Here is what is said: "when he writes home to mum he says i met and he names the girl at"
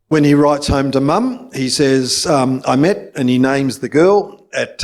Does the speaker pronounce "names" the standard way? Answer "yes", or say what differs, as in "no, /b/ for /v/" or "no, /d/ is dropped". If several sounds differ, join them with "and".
yes